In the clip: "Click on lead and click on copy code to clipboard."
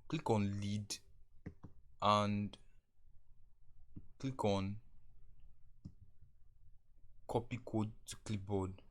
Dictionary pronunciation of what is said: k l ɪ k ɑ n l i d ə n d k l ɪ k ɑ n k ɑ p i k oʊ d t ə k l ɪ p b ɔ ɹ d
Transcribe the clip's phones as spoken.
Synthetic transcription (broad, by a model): k l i k ɑ n l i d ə n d k l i k ɑ n k ɑ p i k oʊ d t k l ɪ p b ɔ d